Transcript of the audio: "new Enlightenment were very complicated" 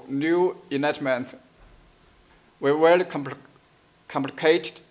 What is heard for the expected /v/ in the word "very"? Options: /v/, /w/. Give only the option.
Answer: /w/